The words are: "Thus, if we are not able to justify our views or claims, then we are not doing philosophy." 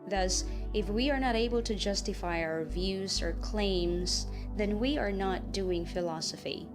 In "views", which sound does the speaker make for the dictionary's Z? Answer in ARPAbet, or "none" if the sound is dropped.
Z